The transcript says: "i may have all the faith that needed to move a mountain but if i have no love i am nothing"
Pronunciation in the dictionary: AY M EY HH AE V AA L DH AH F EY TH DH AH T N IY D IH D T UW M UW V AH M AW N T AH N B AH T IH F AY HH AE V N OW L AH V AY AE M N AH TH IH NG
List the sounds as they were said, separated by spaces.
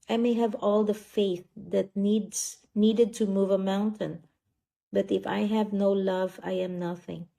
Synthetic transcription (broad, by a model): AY M EY HH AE V AA L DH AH F EY TH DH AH T N IY D IH D T UW M UW V AH M AW N T AH N B AH T IH F AY HH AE V N OW L AH V AY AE M N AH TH IH NG